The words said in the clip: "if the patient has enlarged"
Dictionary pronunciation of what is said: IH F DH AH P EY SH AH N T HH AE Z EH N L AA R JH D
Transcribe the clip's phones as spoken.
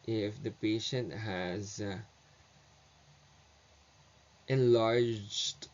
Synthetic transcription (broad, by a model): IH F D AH P EY SH AH N T HH AE Z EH N L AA R JH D